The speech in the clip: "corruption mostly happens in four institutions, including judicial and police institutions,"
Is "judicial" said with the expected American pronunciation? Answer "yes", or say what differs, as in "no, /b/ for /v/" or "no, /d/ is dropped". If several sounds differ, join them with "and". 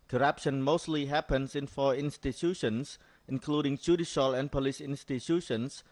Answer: yes